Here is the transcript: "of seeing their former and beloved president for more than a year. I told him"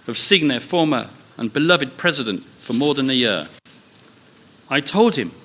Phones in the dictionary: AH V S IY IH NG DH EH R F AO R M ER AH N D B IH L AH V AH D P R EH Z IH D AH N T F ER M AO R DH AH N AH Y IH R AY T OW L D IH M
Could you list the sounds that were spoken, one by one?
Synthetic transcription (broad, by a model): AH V S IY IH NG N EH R F AO R M ER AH N B IH L AH V AH D P R EH Z IH D AH N T F ER M AO R DH AH N AH Y IH R AY T OW L D IH M